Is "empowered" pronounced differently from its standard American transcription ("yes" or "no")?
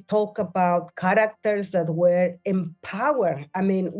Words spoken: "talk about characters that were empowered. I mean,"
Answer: yes